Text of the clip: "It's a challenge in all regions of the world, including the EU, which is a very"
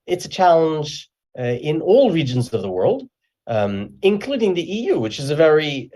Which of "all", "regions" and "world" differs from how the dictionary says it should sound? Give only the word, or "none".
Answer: none